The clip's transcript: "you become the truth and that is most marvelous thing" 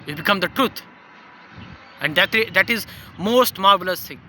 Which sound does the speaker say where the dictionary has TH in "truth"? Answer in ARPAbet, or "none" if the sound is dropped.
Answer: T